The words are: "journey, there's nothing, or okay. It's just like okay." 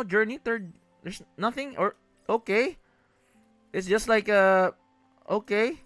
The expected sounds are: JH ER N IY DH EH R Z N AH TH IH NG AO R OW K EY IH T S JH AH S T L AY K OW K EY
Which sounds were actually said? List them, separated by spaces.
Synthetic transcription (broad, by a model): JH ER N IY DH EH R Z N AH TH IH NG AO R OW K EY IH T S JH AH S T L AY K OW K EY